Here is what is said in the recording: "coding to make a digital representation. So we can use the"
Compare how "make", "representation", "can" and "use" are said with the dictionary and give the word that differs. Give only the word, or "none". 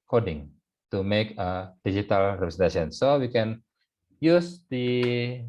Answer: representation